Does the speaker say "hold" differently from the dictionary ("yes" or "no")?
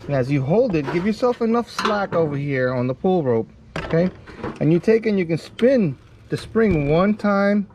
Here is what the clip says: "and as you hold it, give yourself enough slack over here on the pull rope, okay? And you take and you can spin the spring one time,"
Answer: no